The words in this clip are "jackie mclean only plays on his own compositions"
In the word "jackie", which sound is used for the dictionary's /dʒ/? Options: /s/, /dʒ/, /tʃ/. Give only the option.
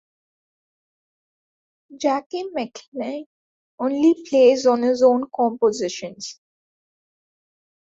/dʒ/